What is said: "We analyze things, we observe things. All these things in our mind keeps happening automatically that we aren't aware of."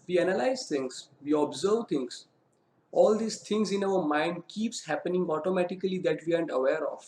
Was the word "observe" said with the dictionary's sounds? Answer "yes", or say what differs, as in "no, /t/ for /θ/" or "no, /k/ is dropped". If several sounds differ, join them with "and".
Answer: yes